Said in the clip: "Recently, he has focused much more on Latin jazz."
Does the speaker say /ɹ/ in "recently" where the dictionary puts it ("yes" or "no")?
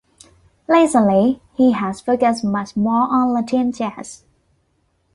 no